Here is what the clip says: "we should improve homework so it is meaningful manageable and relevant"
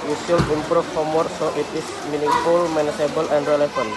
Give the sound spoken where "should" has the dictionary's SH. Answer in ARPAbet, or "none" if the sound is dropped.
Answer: S